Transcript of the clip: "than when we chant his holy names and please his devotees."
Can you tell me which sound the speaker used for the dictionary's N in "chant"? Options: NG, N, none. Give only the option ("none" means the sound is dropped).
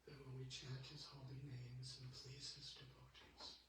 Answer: none